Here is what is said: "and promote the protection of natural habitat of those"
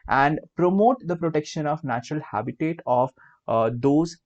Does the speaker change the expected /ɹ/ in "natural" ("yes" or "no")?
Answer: no